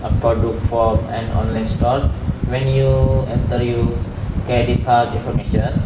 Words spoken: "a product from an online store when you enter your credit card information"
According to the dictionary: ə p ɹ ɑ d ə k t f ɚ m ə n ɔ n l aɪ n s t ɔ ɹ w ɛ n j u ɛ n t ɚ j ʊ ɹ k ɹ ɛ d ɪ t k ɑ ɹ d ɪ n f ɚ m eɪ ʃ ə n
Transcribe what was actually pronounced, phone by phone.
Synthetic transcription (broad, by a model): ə p ɹ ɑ d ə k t f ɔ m ə n ɔ n l aɪ n s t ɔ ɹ w ɛ n j u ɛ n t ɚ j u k ɛ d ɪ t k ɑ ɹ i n f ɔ m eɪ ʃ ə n